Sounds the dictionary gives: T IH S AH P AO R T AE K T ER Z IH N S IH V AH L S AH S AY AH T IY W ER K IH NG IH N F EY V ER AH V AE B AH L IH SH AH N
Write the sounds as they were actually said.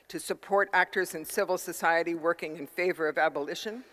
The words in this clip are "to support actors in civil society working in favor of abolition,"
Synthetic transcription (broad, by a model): T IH S AH P AO R T AE K T ER Z IH N S IH V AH L S AH S AY AH T IY W ER K IH NG IH N F EY V ER AH V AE B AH L IH SH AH N